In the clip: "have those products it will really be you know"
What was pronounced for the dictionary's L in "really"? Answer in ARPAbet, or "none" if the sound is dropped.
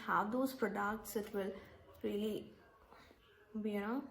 L